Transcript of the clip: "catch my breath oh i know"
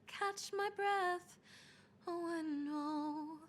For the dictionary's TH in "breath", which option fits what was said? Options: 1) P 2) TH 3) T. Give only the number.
2